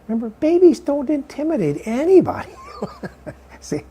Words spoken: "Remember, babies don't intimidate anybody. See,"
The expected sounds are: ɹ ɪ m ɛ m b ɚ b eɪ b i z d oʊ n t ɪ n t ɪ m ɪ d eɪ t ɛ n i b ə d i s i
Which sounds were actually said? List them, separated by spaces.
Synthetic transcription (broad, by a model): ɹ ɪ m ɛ m b ɚ b eɪ b i z d oʊ n t ɪ n t ɪ m ɪ d eɪ t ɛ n i b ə d i s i